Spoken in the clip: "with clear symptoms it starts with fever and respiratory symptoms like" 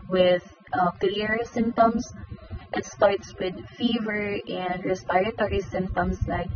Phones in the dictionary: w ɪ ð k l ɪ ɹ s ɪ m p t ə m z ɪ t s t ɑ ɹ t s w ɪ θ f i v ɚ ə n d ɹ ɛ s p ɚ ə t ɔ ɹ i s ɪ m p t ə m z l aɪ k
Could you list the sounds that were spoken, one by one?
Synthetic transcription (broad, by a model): w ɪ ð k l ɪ ɹ s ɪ m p t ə m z ɪ t s t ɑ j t s w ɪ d f i v ɚ ə n d ɹ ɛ s p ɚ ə t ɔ ɹ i s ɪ m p t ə m s l aɪ k